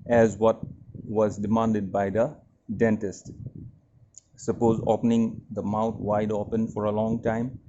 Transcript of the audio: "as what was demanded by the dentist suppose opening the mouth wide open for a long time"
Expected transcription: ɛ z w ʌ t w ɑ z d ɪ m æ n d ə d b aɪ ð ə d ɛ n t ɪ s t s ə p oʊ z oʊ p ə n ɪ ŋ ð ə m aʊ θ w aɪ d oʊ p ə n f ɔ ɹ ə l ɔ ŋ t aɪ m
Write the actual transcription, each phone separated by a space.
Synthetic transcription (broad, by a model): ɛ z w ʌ t w ɑ z d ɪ m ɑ n d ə d b aɪ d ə d ɛ n t ɪ s t s ə p oʊ z oʊ p ə n ɪ ŋ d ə m aʊ t w aɪ d oʊ p ə n f ɔ ɹ ə l ɔ ŋ t aɪ m